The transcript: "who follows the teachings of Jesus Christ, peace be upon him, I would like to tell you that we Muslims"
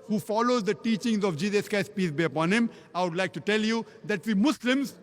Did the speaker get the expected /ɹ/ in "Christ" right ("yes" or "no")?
no